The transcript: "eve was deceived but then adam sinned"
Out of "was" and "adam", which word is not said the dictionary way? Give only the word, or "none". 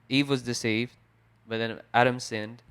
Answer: none